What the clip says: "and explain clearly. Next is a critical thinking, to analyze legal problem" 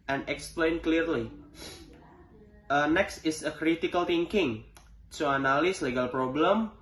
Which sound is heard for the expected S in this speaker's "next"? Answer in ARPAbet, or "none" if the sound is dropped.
S